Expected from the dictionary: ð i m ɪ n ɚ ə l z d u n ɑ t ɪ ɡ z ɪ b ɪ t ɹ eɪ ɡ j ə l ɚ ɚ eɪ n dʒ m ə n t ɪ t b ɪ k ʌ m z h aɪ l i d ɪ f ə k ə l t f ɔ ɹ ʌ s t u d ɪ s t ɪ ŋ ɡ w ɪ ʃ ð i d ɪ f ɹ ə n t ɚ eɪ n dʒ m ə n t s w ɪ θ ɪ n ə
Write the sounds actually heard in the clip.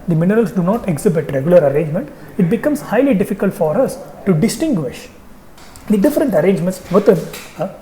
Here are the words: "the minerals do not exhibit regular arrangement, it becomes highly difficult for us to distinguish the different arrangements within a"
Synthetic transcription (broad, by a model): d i m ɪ n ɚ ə l s d u n ɑ t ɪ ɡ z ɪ b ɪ t ɹ eɪ ɡ j ə l ɚ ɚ eɪ n dʒ m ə n t ɪ t b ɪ k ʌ m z h aɪ l i d ɪ f ə k ə l t f ɔ ɹ ʌ s t u d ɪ s t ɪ ŋ ɡ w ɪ ʃ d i d ɪ f ɹ ə n t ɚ eɪ n dʒ m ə n t s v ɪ t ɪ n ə